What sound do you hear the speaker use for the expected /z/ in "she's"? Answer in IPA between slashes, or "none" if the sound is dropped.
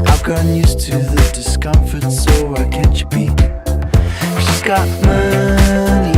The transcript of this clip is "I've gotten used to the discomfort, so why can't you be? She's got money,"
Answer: /s/